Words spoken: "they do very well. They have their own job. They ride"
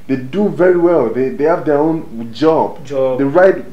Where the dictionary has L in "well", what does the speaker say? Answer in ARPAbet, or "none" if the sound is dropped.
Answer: L